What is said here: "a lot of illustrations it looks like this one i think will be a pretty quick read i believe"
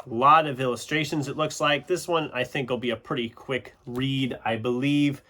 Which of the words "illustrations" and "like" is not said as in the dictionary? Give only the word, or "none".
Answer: none